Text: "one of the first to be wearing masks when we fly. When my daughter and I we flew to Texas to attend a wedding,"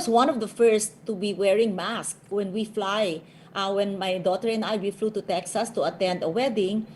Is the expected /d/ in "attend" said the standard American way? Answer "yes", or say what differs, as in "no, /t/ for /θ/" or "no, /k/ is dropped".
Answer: yes